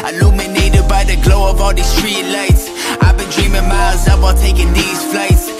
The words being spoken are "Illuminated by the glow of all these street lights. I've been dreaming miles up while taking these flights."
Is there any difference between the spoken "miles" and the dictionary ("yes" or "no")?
yes